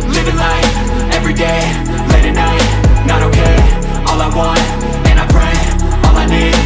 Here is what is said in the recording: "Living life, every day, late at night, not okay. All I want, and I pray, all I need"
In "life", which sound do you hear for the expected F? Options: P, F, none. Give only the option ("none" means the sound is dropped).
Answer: none